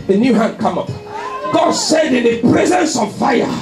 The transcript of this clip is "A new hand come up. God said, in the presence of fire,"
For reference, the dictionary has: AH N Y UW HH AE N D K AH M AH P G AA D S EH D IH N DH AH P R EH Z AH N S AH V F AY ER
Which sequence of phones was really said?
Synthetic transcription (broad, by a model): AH N Y UW HH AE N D K AH M AH P G AA D S EH D IH N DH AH P R EH Z AH N S AH V F AY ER